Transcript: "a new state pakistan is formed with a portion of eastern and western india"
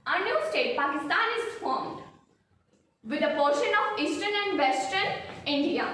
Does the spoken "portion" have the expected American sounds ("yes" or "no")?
yes